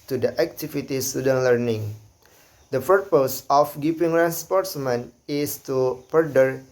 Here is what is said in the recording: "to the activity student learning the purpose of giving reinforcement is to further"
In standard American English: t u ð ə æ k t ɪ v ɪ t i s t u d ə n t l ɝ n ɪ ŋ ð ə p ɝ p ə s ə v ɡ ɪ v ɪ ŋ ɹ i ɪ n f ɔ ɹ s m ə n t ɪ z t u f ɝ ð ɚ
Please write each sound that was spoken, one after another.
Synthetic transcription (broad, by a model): t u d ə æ k t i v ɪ t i s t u d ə n l ɝ n ɪ ŋ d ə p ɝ p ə s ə f ɡ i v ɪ ŋ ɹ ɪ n p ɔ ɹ s m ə n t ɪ s t u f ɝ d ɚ